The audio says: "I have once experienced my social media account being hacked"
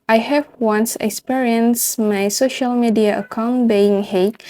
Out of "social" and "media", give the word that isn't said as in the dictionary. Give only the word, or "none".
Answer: none